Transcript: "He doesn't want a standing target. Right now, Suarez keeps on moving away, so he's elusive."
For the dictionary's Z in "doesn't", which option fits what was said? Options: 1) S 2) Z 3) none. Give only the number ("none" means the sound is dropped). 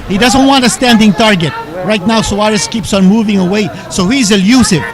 2